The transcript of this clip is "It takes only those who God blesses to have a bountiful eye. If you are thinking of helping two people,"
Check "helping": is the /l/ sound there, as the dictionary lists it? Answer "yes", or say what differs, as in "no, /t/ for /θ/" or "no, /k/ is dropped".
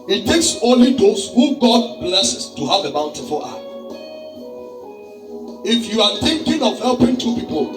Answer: yes